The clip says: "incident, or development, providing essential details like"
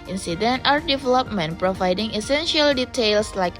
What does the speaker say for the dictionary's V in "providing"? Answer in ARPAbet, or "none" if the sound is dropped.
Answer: V